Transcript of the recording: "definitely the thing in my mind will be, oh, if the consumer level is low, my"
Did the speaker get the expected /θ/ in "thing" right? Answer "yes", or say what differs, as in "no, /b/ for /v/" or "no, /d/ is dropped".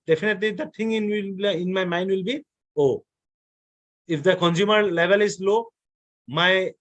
no, /t/ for /θ/